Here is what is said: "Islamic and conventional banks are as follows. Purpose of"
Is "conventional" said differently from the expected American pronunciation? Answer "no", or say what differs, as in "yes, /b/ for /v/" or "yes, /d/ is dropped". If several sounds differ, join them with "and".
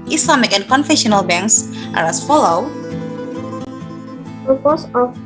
yes, /f/ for /v/ and /n/ is dropped